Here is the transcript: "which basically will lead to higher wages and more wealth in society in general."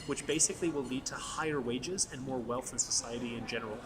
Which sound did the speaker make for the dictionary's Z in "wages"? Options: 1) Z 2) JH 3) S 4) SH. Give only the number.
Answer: 1